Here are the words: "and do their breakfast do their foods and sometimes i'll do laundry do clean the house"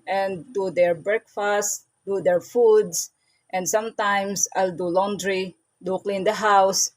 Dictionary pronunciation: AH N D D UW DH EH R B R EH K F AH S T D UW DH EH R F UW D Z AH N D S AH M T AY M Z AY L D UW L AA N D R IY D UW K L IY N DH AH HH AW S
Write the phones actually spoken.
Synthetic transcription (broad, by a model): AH N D D UW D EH R B R EH K F AH S T D UW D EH R F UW D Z AH N D S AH M T AY M S AY L D UW L AA N D R IY D UW K L IY N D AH HH AW S